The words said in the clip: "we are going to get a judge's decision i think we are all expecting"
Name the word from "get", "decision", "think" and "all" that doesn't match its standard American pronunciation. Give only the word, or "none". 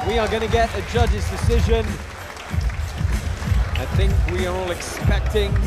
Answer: none